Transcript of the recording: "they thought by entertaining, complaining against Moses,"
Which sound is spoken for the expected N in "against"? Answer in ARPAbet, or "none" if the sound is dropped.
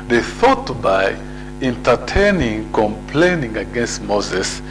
N